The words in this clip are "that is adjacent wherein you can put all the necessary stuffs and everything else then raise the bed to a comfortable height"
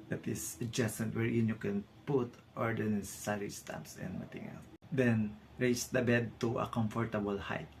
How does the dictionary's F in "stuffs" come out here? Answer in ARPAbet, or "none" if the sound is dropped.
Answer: P